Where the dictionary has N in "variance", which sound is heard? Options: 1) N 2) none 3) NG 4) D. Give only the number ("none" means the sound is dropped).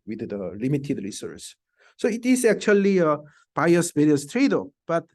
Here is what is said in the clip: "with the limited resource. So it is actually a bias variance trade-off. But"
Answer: 2